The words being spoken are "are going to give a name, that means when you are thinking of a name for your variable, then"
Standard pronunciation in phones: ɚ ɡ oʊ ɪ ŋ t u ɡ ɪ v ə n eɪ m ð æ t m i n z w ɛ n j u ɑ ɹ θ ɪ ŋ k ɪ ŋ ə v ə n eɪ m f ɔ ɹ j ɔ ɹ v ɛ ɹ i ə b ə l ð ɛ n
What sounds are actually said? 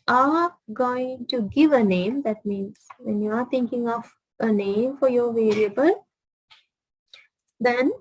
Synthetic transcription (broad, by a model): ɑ ɡ oʊ ɪ ŋ t u ɡ ɪ v ə n eɪ m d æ t m i n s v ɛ n j u ɑ ɹ t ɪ ŋ k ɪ ŋ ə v ə n eɪ m f ɔ ɹ j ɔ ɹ v ɛ ɹ i ə b ə l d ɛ n